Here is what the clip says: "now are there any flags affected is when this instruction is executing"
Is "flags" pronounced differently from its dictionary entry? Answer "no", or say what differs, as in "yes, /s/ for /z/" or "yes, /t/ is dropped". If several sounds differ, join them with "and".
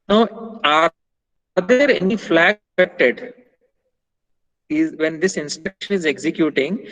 yes, /z/ is dropped